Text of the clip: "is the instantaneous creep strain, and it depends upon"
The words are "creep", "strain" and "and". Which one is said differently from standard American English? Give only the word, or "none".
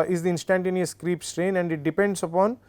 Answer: none